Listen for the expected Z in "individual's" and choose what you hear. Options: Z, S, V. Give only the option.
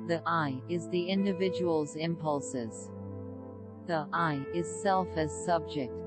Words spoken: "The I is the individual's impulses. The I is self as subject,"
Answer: Z